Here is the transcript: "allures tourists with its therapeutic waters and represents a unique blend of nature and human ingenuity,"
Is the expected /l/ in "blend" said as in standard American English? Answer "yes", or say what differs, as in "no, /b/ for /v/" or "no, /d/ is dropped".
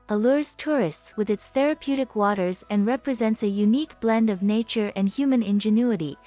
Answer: yes